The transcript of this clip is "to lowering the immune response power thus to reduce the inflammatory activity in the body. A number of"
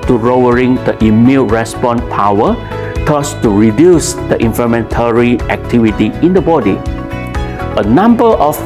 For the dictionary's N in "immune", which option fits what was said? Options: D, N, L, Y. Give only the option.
L